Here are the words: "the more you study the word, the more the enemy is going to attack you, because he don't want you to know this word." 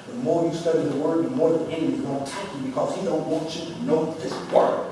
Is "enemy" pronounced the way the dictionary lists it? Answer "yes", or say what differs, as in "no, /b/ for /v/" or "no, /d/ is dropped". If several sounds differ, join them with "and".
no, /m/ is dropped